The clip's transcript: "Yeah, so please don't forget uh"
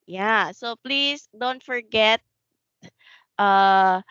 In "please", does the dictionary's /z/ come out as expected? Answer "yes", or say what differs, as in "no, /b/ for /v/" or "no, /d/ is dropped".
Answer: no, /s/ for /z/